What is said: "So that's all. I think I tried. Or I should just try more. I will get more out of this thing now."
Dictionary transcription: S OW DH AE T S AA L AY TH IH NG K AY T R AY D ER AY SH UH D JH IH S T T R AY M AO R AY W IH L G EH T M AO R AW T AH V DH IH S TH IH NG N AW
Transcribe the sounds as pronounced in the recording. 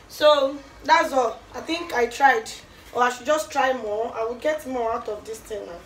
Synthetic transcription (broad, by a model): S OW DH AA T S AA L AY TH IH NG K AY T R AY D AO AY SH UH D JH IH S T T R AY M AO AY W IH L G EH T M AO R AW T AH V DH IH S T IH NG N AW